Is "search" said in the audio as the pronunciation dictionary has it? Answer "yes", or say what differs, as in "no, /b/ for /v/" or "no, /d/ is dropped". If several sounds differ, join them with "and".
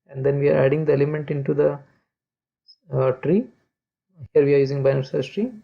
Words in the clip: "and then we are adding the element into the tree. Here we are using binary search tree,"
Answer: no, /s/ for /tʃ/